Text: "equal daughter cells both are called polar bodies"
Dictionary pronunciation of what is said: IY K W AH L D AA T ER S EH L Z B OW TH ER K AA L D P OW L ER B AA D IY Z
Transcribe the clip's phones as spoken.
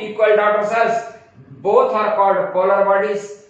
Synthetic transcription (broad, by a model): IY K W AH L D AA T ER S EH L S B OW T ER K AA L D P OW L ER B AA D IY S